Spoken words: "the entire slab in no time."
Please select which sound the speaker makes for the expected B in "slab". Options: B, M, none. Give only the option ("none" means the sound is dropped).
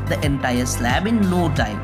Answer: B